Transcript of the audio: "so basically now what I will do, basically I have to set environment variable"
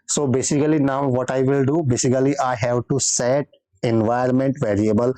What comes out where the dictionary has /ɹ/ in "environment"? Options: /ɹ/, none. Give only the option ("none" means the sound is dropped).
none